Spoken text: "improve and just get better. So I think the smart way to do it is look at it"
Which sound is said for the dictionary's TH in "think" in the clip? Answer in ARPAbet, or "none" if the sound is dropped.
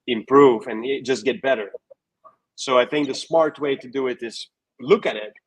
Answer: TH